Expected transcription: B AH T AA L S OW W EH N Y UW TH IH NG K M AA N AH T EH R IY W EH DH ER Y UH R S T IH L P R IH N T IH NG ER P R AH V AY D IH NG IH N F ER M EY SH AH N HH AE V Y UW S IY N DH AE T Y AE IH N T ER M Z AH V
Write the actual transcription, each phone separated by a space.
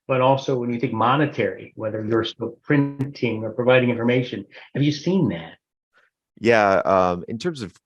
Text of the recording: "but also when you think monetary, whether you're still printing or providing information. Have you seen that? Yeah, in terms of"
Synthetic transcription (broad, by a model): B AH T AA L S OW W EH N Y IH TH IH NG K M AA N AH T EH R IY W EH DH ER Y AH R S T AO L P R IH N T IH NG ER P R AH V AY D IH NG IH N F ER M EY SH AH N HH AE V Y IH S IY N DH AE T Y AE IH N T ER M Z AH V